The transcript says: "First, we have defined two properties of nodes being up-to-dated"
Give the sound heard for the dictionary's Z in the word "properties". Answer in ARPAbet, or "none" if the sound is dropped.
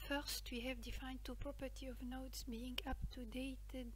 none